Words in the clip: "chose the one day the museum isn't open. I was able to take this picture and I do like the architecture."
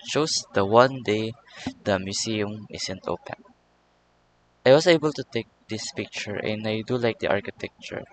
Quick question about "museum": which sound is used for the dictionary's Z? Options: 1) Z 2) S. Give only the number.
2